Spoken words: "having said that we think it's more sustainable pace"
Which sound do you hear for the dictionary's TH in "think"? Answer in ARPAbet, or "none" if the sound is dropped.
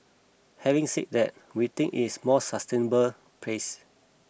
T